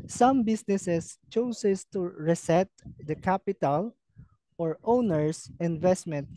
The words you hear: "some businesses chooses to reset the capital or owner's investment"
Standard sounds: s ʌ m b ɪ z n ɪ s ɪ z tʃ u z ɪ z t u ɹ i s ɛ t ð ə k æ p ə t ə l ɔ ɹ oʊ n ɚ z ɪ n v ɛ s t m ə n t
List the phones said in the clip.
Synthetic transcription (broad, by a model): s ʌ m b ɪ s n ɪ s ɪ s tʃ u s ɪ s t u ɹ i s ɛ t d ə k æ p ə t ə l ɔ ɹ oʊ n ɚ s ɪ n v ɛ s t m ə n t